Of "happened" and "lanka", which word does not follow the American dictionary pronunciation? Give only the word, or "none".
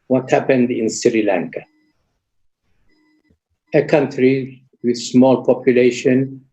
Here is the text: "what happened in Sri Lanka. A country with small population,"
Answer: none